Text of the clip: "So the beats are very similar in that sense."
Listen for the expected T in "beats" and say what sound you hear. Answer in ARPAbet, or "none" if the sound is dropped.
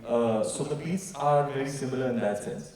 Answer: S